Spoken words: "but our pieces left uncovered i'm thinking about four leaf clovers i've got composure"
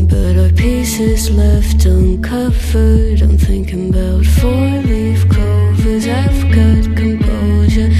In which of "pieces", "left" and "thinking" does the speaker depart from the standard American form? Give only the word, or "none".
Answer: none